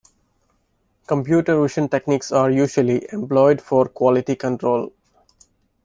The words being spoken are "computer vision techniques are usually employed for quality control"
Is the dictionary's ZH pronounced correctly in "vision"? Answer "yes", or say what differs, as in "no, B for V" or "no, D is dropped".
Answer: no, SH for ZH